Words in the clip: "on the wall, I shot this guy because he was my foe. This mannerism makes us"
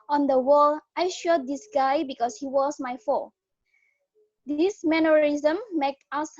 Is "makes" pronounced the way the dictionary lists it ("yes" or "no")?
no